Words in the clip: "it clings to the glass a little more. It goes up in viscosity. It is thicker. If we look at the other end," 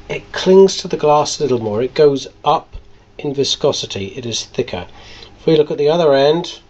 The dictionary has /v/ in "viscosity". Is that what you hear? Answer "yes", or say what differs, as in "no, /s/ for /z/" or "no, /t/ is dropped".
yes